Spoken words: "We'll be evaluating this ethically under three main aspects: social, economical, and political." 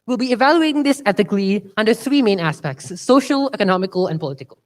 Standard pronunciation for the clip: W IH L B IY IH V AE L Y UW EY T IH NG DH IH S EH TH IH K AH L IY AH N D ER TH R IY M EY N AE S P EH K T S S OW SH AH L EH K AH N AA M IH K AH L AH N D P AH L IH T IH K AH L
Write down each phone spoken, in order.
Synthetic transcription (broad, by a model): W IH L B IY IH V AE L Y UW EY T IH NG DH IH S EH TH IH K L IY AH N D ER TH R IY M EY N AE S P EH K T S S OW SH AH L EH K AH N AA M IH K AH L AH N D P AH L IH T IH K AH L